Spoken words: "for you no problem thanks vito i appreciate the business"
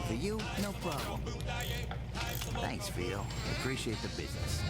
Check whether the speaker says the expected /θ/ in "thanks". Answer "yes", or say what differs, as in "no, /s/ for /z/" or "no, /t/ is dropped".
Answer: yes